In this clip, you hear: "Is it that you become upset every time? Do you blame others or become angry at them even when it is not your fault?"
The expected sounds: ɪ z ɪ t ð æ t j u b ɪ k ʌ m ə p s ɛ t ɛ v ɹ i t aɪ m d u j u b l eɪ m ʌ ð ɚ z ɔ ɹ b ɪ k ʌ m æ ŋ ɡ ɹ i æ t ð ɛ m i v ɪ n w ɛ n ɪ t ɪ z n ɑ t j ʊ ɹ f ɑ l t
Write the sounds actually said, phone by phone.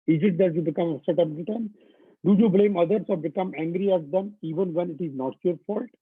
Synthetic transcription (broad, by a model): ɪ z ɪ t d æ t j u b ɪ k ʌ m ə s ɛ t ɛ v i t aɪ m d u j u b l eɪ m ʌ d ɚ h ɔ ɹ b ɪ k ʌ m æ ŋ ɡ ɹ i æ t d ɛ m i v ɪ n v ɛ n ɪ t ɪ z n ɑ t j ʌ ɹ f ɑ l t